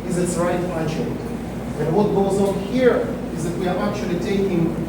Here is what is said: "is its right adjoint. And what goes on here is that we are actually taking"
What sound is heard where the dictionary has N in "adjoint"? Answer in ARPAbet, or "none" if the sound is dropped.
none